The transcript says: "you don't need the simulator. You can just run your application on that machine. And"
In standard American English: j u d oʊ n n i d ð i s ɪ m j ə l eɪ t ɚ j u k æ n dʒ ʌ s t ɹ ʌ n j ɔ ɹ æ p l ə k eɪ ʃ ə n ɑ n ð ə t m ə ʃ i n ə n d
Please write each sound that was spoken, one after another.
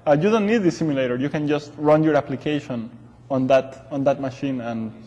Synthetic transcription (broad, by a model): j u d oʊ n n i d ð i s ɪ m j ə l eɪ t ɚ j u k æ n dʒ ʌ s t ɹ ʌ n j ɔ ɹ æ p l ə k eɪ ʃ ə n ɑ n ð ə t m ə ʃ i n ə n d